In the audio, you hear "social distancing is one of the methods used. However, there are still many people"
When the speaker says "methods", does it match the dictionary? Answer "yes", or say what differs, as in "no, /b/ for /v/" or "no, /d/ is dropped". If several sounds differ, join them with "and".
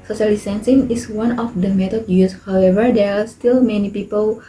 no, /t/ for /θ/ and /z/ is dropped